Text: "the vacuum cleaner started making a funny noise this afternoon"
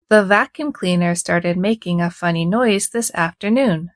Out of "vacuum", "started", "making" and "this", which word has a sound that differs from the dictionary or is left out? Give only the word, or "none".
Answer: none